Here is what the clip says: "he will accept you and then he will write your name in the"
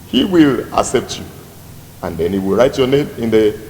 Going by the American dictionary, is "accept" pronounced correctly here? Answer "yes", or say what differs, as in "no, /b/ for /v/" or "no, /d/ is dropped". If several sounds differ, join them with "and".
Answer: yes